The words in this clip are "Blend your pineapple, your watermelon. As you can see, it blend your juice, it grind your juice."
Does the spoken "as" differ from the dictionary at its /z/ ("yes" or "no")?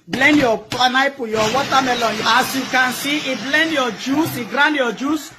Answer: yes